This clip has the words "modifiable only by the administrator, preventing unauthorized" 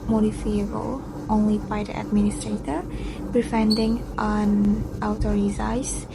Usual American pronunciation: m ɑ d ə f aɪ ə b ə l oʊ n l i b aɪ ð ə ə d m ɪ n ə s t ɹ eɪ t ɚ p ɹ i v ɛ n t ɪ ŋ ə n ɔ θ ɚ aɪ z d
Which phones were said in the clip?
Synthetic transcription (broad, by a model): m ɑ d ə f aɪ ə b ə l oʊ n l i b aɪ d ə ə d m ɪ n ə s t ɹ eɪ t ɚ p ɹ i f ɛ n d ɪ ŋ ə n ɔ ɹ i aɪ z